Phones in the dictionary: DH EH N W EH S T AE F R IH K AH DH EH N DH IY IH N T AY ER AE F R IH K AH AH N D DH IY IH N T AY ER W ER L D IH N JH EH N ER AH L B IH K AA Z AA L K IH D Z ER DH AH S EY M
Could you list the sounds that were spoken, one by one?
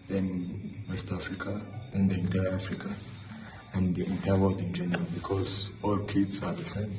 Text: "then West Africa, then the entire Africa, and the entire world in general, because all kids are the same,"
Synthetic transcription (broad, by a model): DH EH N W EH S T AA F R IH K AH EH N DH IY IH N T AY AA F R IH K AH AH N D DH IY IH N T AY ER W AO D IH N JH EH N ER AH L B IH K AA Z AA L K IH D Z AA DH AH S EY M